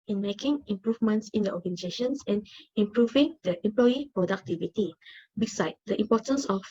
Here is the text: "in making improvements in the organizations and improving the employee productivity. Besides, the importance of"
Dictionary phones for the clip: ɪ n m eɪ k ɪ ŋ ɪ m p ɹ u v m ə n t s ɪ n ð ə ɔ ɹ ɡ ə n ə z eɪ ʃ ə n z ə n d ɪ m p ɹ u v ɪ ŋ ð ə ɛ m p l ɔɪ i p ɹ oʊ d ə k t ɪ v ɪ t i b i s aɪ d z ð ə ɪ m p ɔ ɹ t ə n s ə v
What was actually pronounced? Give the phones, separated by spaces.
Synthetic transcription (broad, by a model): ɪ n m eɪ k ɪ ŋ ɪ m p ɹ u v m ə n t s ɪ n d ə ɔ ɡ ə n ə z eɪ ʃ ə n s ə n ɪ m p ɹ u v ɪ ŋ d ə ɛ m p l ɔɪ i p ɹ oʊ d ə k t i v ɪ t i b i s aɪ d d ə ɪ m p ɔ t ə n s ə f